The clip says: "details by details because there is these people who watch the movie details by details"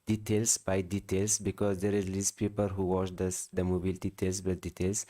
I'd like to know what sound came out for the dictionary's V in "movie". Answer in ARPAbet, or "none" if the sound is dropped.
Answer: B